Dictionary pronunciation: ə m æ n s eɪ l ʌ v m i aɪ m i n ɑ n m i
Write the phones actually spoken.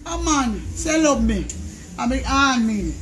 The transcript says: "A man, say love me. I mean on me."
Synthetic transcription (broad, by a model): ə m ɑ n s eɪ l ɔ b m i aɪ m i ɑ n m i